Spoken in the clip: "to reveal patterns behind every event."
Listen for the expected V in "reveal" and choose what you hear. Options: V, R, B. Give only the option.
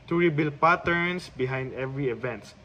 B